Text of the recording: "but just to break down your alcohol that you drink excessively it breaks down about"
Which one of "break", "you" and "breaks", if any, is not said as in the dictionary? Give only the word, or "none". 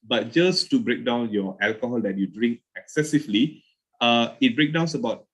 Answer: breaks